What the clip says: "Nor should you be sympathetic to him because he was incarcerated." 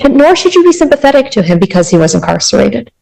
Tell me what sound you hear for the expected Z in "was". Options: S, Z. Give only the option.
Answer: Z